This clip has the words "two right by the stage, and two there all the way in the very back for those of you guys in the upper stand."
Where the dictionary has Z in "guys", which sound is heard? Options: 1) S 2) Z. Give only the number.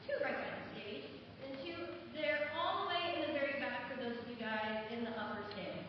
2